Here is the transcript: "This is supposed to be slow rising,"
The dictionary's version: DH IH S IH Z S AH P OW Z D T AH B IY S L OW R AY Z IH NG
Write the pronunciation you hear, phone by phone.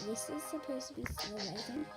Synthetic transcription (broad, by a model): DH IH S IH Z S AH P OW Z T AH B IY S OW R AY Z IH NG